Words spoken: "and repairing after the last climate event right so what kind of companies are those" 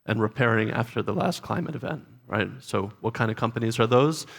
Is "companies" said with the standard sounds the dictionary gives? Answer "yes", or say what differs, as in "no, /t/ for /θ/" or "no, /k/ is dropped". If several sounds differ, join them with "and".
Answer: yes